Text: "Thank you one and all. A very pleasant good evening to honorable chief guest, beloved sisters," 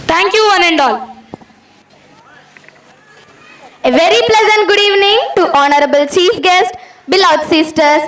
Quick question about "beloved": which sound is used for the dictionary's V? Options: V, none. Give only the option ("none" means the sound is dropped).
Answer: none